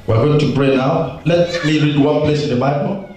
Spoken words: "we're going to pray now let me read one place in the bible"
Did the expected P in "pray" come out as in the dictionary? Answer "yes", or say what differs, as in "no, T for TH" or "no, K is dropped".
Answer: no, B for P